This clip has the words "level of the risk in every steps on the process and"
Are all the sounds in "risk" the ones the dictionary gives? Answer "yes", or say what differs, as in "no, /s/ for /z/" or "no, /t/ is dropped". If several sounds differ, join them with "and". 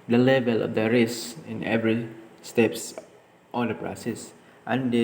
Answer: no, /k/ is dropped